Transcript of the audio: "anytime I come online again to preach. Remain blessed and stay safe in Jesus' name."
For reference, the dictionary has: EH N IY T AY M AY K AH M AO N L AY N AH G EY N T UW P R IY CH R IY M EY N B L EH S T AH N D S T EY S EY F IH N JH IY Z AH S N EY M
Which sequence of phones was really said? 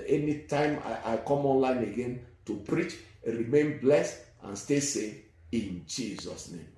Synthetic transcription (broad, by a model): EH N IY T AY M AY K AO M AO N L AY N AH G EY N T UW P R IY CH R IY M EY N B L EH S T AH N S T EY S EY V IH N JH IY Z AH S N EY M